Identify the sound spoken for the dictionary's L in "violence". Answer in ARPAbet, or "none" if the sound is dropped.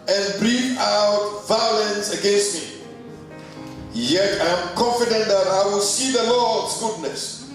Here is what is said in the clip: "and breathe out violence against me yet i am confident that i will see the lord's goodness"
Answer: L